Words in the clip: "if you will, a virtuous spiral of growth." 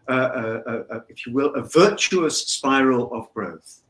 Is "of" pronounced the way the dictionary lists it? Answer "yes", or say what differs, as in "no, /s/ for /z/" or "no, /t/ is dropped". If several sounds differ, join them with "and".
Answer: yes